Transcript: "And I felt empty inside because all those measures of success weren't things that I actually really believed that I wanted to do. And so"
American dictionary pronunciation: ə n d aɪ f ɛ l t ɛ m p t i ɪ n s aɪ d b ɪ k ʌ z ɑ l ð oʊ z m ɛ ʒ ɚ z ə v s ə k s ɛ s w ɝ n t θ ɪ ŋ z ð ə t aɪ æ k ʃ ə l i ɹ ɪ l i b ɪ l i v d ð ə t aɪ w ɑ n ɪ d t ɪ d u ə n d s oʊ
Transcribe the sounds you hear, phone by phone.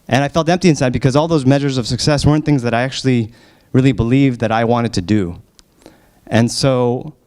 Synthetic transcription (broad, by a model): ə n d aɪ f ɛ l t ɛ m p t i ɪ n s aɪ d b ɪ k ʌ z ɑ l ð oʊ z m ɛ ʒ ɚ z ə v s ə k s ɛ s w ɝ n θ ɪ ŋ z ð ə t aɪ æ k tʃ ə l i ɹ ɪ l i b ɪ l i v ð ə t aɪ w ɑ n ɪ d t ɪ d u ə n s oʊ